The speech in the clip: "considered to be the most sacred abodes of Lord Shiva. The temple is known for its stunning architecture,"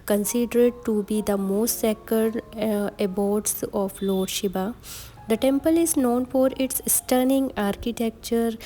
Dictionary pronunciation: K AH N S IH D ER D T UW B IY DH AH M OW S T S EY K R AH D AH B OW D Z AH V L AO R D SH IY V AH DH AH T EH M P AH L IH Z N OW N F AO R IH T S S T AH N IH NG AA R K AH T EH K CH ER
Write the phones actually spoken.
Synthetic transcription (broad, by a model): K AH N S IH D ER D T UW B IY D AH M OW S T S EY K AH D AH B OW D S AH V L AO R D SH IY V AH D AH T EH M P AH L IH Z N OW N F AO R IH T S S T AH N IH NG AA R K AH T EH K CH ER